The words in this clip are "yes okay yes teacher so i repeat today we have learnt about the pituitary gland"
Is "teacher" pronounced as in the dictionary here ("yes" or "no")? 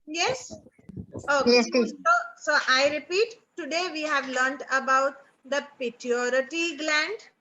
no